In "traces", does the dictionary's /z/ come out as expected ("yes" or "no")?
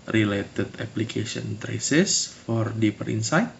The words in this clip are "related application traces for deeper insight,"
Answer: no